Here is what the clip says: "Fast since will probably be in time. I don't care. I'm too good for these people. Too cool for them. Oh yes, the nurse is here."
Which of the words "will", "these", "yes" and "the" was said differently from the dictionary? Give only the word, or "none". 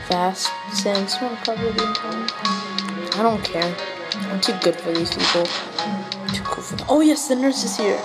will